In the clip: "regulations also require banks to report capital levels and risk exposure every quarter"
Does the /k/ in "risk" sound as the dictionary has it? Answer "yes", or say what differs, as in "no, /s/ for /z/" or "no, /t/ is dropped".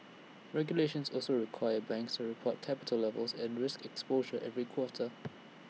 yes